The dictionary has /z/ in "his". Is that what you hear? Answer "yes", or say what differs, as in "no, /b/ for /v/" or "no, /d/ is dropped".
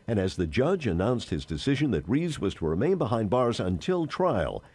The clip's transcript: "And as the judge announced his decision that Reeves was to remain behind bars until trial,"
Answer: yes